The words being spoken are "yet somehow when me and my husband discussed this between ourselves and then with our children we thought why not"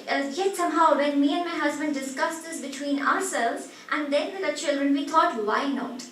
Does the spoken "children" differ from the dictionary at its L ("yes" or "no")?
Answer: no